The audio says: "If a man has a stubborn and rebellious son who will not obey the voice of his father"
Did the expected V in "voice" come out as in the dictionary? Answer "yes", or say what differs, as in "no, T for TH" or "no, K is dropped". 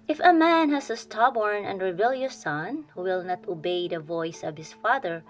yes